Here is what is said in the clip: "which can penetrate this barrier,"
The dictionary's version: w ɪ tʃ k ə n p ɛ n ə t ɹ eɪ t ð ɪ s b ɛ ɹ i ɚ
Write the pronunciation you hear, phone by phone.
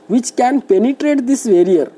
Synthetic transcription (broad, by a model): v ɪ tʃ k ə n p ɛ n ə t ɹ eɪ t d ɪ s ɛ ɹ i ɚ